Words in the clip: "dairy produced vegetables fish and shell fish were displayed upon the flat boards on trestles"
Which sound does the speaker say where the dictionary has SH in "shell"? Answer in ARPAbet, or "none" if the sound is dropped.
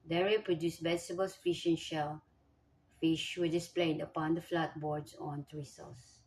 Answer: SH